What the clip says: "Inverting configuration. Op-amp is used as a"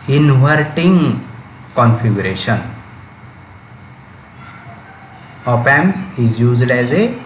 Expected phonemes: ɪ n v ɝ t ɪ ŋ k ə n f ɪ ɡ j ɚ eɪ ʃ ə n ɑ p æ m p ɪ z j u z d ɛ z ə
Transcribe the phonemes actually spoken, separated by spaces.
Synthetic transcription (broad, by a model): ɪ n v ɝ t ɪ ŋ k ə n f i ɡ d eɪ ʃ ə n ɑ p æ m ɪ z j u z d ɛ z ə